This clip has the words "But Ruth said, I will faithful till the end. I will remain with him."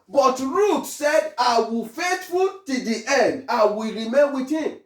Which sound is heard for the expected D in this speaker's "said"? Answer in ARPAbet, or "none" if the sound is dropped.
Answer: D